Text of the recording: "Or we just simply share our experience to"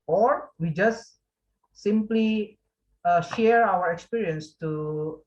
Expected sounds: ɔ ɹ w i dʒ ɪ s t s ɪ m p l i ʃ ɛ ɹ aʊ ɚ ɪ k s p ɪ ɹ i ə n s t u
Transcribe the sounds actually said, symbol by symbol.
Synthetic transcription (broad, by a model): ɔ ɹ w i dʒ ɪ s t s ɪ m p l i ʃ ɛ ɹ aʊ ɚ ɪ k s p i ɹ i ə n s t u